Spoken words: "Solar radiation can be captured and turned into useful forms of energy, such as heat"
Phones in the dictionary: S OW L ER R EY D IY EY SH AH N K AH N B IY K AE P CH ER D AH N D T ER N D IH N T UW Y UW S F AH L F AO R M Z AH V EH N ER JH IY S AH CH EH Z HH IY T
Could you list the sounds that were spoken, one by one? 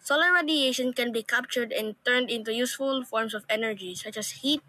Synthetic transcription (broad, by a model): S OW L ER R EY D IY EY SH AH N K AH N B IY K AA P CH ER D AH N T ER N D IH N T UW Y UW S F AH L F AO R M S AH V EH N ER JH IY S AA CH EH S HH IY T